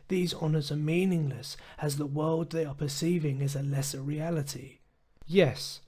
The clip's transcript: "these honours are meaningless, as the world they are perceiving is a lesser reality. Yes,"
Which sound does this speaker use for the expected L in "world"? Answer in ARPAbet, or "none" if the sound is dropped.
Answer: L